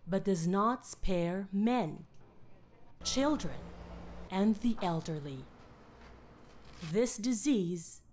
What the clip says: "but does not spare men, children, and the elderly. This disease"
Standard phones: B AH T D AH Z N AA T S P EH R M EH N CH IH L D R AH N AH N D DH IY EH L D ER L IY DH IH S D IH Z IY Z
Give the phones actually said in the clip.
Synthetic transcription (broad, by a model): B AH T D AH Z N AA T S P EH R M EH N CH IH L D R AH N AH N DH IY EH L D ER L IY DH IH S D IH Z IY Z